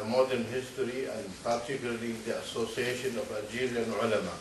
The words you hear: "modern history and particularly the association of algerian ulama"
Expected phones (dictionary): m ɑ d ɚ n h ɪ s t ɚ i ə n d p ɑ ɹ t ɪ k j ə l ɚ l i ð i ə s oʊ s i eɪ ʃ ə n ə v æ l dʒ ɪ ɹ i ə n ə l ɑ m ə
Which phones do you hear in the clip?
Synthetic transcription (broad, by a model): m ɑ d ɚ n h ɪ s t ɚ i ə n d p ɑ ɹ t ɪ k j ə l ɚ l i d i ə s oʊ s i eɪ ʃ ə n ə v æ dʒ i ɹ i n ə l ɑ m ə